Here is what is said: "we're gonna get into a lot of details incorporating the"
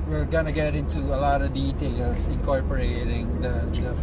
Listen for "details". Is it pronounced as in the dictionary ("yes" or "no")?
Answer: no